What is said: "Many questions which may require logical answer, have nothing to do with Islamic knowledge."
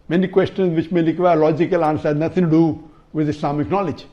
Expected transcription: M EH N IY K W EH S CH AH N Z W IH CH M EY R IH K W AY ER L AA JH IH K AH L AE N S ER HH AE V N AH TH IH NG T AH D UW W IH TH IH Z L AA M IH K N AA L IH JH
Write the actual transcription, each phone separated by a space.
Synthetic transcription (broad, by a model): M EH N IY K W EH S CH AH N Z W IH CH M EY L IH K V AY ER L AA JH IH K AH L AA N S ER N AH T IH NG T D UW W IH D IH S L AA M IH K N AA L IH JH